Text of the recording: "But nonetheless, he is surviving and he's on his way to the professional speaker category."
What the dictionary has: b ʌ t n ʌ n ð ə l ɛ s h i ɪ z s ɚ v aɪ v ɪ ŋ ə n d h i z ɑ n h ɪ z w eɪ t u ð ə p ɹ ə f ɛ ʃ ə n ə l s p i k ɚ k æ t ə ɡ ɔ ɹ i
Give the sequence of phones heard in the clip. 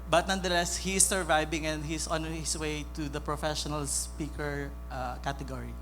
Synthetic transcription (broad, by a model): b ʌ t n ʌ n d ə l ɛ s h i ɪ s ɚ v aɪ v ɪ ŋ ə n d h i s ɑ n h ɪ s w eɪ t u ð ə p ɹ ə f ɛ ʃ ə n ə l s p i k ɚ k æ t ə ɡ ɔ ɹ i